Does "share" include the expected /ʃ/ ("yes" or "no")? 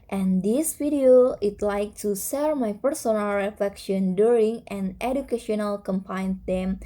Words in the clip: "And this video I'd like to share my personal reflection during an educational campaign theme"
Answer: no